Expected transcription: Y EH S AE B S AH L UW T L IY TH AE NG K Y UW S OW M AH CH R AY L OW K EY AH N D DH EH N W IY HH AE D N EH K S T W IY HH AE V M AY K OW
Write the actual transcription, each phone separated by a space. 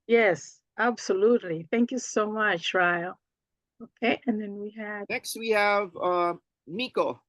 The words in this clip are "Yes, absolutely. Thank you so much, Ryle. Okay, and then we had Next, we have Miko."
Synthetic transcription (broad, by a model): Y EH S AE B S AH L UW T L IY TH AE NG K Y UW S OW M AH CH R AY L OW K EY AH N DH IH N W IY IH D N EH K S T W IY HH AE V M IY K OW